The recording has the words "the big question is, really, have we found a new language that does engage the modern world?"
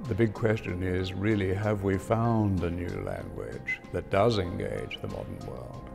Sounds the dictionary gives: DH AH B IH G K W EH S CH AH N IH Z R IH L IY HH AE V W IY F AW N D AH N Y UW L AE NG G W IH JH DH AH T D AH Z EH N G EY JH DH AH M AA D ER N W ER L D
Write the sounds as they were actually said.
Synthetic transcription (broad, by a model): DH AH B IH G K W EH S CH AH N IH Z R IH L IY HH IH V W IY F AW N D AH N Y UW L AE NG G W IH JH DH AH T D AH Z EH N G EY JH DH AH M AA D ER N W ER L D